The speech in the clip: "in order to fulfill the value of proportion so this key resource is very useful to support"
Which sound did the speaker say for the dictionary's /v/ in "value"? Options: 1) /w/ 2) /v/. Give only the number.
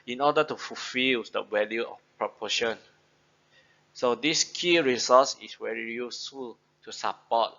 1